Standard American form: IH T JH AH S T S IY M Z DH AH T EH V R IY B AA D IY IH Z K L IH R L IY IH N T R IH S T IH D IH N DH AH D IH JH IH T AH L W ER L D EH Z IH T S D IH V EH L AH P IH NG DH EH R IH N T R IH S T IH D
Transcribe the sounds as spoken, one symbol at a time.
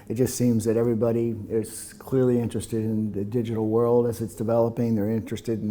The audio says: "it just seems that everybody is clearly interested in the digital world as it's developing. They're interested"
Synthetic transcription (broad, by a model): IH T JH AH S T S IY M Z DH AH T EH V R IY B AA D IY IH Z K L IH R L IY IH N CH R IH S T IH D IH N DH AH D IH JH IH T L W ER L D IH Z IH T S D IH V EH L AH P IH NG DH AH R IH N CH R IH S T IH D